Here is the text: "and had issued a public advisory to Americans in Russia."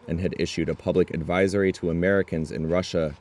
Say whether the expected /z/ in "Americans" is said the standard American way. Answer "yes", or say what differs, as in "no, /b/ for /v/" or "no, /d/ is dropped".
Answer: yes